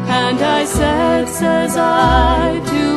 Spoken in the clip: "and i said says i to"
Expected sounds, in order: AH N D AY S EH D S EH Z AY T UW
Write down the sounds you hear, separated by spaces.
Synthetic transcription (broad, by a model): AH N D AY S EH D S EH Z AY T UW